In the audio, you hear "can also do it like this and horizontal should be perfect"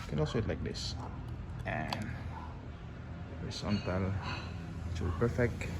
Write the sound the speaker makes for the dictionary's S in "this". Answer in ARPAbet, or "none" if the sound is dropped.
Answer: S